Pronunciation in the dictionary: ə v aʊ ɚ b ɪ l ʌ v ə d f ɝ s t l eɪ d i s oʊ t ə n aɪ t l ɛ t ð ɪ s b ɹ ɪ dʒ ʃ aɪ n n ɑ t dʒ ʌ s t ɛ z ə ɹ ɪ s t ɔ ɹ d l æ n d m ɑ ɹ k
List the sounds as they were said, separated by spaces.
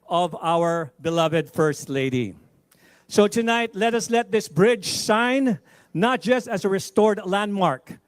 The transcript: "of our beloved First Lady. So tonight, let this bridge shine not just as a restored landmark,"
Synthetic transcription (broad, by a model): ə v aʊ ɚ b ɪ l ʌ v ə d f ɝ s t l eɪ d i s oʊ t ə n aɪ t l ɛ t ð ɪ s b ɹ ɪ dʒ s aɪ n n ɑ t dʒ ʌ s t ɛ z ə ɹ ɪ s t ɔ ɹ d l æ n d m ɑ ɹ k